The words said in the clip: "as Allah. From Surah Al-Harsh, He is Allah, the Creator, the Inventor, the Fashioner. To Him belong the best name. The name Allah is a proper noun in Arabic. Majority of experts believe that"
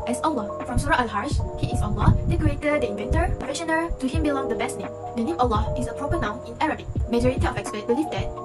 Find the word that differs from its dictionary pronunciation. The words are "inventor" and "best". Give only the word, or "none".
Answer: none